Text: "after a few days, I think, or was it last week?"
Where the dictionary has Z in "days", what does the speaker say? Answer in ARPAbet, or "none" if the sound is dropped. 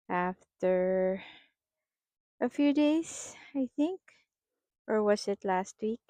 S